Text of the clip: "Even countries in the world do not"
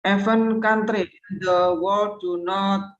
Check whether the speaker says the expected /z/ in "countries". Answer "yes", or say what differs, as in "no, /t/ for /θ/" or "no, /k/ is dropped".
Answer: no, /z/ is dropped